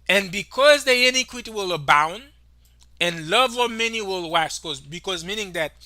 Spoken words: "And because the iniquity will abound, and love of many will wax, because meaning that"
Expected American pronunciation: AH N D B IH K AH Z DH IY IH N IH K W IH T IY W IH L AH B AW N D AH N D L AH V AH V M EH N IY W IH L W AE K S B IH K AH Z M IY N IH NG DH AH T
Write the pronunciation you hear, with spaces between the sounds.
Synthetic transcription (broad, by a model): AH N B IH K AH Z DH IY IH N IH K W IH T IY W IH L AH B AW N D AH N L AH V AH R M EH N IY W IH L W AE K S B IH K AH Z M IY N IH NG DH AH T